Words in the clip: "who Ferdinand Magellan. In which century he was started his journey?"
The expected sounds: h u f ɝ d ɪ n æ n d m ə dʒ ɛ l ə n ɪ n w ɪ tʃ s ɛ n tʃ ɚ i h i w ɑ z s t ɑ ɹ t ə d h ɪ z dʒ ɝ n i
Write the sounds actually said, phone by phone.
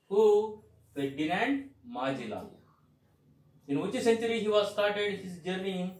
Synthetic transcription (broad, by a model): h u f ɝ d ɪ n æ n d m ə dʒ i l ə ɪ n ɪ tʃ s ɛ n tʃ ɚ i h i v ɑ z s t ɑ ɹ t ə d h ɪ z dʒ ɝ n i